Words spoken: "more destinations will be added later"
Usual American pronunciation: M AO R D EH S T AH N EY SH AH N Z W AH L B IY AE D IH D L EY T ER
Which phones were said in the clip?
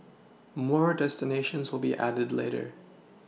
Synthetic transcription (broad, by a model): M AO R D EH S T AH N EY SH AH N Z W AH L B IY AE D IH D L EY T ER